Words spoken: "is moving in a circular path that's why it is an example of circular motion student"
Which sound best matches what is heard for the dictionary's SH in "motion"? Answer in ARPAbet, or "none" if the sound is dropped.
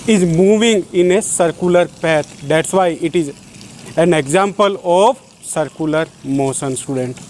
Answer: S